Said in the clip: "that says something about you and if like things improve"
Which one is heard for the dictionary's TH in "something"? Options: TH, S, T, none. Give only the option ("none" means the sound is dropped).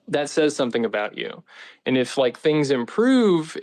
TH